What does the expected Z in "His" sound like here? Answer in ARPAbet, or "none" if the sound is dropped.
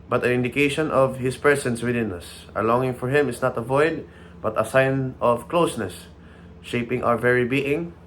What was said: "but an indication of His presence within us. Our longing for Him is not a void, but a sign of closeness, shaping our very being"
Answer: S